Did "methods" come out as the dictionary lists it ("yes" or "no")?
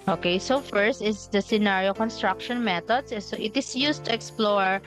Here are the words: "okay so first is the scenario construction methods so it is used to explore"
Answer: no